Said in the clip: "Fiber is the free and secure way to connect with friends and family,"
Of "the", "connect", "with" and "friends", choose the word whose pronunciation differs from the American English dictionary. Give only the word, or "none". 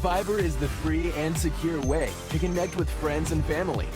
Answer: none